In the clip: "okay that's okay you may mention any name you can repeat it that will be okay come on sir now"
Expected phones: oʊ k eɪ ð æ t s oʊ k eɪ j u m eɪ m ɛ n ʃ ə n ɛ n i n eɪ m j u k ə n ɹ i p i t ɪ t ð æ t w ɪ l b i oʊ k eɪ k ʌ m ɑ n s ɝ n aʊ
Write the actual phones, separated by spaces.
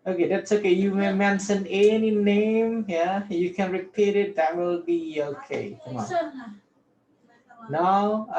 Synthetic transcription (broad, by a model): oʊ k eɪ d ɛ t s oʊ k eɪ j u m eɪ m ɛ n s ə n ɛ n i n eɪ m j u k ə n ɹ i p i t ɪ t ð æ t w ɪ l b i oʊ k eɪ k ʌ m ɑ n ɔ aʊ